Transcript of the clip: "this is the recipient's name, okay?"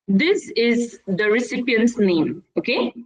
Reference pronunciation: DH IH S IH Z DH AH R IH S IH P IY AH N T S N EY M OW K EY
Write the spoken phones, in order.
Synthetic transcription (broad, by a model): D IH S IH Z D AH R IH S IH P IY AH N T S N EY M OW K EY